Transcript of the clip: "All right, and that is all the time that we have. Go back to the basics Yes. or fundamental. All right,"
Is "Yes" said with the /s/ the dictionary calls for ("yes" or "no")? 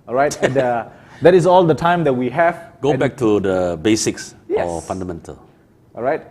no